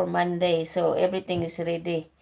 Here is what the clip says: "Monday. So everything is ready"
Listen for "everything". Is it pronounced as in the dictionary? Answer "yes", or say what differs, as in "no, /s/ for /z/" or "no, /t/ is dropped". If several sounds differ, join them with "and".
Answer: no, /t/ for /θ/